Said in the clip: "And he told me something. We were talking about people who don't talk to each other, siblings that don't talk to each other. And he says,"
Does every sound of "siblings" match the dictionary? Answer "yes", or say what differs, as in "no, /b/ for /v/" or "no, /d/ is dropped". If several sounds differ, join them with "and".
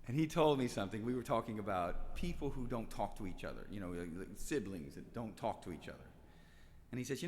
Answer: yes